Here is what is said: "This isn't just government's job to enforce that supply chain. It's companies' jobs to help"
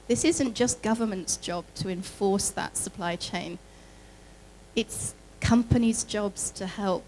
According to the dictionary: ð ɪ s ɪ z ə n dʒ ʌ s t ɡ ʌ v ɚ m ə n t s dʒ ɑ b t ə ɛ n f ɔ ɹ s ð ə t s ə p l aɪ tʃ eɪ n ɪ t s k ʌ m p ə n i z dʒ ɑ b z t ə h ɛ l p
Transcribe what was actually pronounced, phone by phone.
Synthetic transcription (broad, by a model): ð ɪ s ɪ z ə n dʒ ʌ s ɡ ʌ v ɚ m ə n t s dʒ ɑ b t ə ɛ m f ɔ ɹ s ð ə t s ə p l aɪ tʃ eɪ n ɪ t s k ʌ m p ə n i z dʒ ɑ b z t ə h ɛ l p